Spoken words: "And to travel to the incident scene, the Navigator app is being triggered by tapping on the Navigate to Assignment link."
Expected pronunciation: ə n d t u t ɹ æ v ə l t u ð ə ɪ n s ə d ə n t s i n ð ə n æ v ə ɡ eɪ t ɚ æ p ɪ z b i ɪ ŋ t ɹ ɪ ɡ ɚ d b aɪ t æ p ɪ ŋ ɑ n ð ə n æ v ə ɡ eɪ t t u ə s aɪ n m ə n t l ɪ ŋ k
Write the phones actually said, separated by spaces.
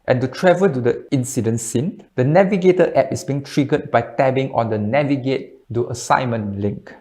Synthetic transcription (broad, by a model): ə n t u t ɹ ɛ v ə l t u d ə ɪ n s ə d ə n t s i n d ə n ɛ v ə ɡ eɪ t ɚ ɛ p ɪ s b i ŋ t ɹ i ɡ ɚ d b aɪ t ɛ b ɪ ŋ ɑ n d ə n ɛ v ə ɡ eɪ t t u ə s aɪ m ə n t l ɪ ŋ k